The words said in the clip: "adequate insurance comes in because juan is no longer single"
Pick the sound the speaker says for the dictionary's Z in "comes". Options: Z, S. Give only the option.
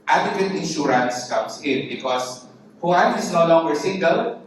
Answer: S